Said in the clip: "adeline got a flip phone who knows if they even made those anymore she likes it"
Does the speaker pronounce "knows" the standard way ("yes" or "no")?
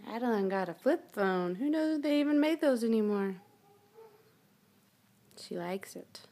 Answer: no